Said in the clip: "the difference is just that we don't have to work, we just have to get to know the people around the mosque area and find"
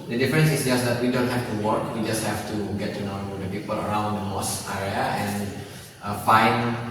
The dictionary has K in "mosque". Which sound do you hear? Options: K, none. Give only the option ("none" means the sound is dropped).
none